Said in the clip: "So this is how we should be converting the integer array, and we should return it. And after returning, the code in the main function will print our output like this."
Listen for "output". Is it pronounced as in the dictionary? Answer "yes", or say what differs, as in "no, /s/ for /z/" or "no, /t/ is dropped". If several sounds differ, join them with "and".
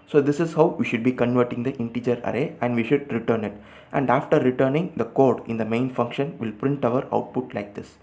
yes